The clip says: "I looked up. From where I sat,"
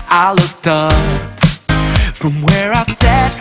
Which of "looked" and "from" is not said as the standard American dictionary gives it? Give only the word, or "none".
none